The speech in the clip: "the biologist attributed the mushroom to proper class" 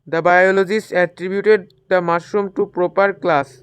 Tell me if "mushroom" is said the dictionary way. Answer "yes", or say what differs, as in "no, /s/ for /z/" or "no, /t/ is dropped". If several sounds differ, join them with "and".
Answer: no, /ɹ/ is dropped